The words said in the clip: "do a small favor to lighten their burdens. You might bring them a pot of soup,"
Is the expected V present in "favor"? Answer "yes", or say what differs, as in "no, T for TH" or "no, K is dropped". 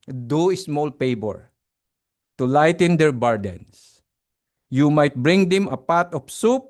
no, B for V